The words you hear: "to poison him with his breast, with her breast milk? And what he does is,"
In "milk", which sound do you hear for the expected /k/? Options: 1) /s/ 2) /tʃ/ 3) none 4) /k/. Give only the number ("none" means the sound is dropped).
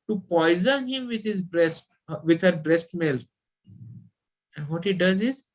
3